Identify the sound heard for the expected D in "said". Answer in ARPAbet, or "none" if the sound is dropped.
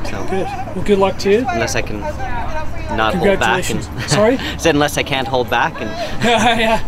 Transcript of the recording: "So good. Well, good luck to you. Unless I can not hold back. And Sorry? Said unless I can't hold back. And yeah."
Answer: none